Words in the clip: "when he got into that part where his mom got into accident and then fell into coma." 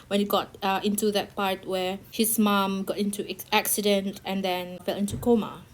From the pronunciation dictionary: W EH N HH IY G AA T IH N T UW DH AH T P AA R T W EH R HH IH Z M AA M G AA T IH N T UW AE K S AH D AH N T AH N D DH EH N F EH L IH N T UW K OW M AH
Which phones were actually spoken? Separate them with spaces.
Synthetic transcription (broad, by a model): W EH N HH IY G AA T IH N T UW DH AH T P AA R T W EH HH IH S M AA M G AA T IH N T UW AE K S AH D AH N T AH N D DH EH N F EH L IH N T UW K OW M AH